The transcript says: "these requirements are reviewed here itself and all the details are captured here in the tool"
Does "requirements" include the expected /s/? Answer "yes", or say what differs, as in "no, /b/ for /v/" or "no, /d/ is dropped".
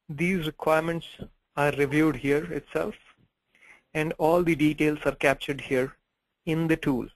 yes